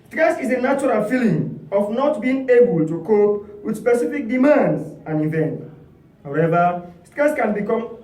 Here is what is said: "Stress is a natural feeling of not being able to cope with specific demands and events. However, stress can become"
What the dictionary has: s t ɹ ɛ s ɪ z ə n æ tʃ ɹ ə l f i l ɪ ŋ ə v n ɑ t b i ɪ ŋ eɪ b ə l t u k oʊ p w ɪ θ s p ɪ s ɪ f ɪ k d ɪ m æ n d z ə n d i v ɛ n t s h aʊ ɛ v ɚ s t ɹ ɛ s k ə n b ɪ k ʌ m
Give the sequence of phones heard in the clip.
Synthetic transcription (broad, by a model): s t ɹ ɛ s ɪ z ə n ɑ tʃ ɹ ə l f i l ɪ ŋ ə f n ɑ t b i ɪ ŋ eɪ b ə l t u k oʊ p w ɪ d s p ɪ s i f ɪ k d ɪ m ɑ n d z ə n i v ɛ n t h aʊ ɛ v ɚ s t ɹ ɛ s k ə n b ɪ k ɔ m